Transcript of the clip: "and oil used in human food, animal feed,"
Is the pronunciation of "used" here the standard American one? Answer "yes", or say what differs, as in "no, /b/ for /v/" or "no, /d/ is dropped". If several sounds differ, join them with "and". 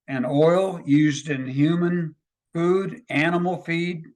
yes